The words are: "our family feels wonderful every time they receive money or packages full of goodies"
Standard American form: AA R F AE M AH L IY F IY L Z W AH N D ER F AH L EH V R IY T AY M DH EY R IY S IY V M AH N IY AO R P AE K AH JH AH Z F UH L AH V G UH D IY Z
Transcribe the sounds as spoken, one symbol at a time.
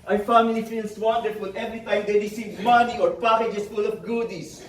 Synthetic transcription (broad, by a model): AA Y F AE M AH L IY F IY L S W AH N D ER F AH L EH V R IY T AY M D EY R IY S IY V M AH N IY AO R P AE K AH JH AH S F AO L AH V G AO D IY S